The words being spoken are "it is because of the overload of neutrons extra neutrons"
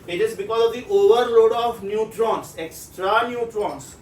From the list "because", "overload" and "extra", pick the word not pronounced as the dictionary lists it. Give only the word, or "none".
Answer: none